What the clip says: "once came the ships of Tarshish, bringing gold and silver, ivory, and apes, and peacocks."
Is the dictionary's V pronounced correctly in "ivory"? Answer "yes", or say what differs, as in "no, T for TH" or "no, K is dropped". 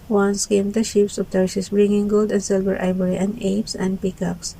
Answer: no, B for V